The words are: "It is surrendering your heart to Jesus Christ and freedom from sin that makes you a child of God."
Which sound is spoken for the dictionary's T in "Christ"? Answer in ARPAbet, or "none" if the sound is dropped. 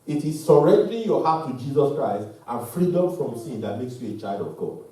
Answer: T